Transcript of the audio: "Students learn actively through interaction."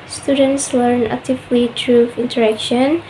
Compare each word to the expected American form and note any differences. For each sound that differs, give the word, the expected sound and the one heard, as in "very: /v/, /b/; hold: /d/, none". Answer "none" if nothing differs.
through: /θ/, /t/